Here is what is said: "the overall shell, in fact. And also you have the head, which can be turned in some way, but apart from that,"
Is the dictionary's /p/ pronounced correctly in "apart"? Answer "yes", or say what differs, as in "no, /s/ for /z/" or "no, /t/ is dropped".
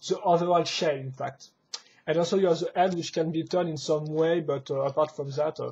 yes